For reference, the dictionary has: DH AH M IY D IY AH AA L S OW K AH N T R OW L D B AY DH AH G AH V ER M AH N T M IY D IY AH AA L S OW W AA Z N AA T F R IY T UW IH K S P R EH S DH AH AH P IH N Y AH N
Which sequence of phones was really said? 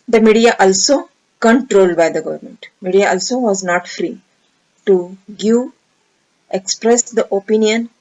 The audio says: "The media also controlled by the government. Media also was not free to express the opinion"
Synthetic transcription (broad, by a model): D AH M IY D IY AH AA L S OW K AH N T R OW L D B AY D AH G AH V ER M AH N T M IY D IY AH AA L S OW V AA Z N AA T F R IY T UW IH K S P R EH S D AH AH P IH N Y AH N